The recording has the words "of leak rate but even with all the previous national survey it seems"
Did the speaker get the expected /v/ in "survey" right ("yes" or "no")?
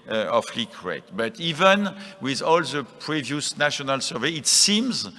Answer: yes